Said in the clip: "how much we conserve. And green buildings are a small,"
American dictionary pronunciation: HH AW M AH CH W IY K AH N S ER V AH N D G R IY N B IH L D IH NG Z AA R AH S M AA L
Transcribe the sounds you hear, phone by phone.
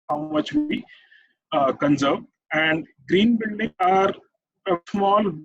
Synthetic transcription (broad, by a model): HH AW M AH CH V IY K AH N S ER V AH N D G R IY N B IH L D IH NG AA R AH S M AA L